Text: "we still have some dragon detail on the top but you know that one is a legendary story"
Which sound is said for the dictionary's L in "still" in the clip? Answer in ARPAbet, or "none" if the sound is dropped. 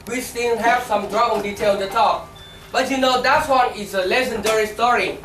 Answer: N